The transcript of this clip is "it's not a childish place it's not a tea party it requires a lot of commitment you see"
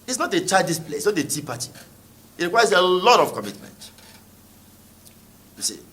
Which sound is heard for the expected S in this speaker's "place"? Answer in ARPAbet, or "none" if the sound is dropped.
none